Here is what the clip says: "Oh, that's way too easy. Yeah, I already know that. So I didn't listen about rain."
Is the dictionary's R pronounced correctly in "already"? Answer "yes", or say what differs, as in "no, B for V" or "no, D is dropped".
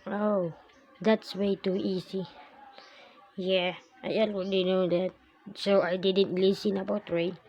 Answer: no, W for R